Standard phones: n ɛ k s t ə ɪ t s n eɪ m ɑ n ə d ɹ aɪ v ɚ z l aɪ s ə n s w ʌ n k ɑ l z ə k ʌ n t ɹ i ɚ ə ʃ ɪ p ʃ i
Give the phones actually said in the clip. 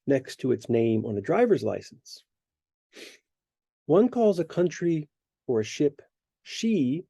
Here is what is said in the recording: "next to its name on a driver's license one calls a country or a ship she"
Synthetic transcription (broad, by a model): n ɛ k s t ə ɪ t s n eɪ m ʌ n ə d ɹ aɪ v ɚ z l aɪ s n s w ʌ n k ɑ l z ə k ʌ n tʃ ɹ i ɚ ə ʃ ɪ p ʃ i